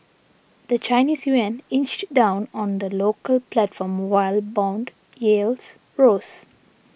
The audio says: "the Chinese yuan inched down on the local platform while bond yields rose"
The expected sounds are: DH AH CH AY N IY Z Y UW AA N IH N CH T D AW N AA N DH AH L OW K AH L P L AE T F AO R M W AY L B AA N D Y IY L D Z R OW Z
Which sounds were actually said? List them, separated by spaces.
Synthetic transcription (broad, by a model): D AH CH AY N IY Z Y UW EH N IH N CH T D AW N AA N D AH L OW K AH L P L AE T F AO R M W AY L B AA N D Y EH L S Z R OW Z